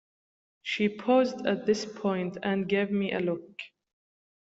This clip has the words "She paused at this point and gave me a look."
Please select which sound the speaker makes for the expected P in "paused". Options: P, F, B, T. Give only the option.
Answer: P